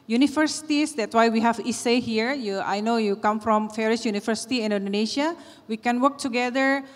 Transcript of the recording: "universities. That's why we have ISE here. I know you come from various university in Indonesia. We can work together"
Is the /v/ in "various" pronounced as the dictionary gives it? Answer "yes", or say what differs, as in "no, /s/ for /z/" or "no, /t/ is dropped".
no, /f/ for /v/